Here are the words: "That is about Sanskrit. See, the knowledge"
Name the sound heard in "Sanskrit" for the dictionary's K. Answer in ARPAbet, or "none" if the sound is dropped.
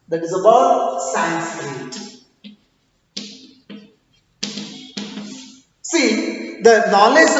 none